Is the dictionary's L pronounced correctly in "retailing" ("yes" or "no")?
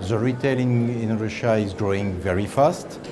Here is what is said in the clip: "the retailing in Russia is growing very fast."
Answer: yes